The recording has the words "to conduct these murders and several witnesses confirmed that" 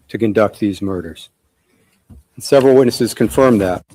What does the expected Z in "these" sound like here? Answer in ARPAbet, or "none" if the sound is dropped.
Z